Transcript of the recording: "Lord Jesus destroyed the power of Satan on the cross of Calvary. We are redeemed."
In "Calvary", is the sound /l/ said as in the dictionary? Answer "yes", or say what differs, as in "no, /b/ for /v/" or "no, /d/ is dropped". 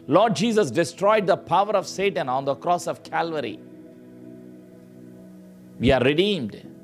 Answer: yes